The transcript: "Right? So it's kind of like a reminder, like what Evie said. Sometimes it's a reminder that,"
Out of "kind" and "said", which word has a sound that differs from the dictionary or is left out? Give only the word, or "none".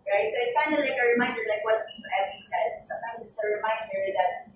kind